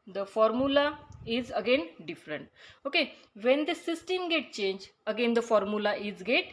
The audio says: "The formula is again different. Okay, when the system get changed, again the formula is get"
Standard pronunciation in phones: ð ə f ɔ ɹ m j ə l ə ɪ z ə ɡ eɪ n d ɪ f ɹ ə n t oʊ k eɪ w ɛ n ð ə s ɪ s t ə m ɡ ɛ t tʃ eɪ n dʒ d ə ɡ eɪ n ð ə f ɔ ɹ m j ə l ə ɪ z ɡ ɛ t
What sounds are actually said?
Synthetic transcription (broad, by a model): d ə f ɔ ɹ m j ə l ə ɪ z ə ɡ eɪ n d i f ɹ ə n t oʊ k eɪ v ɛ n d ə s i s t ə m ɡ ɛ t tʃ eɪ n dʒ ə ɡ eɪ n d ə f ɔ ɹ m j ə l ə ɪ z ɡ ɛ t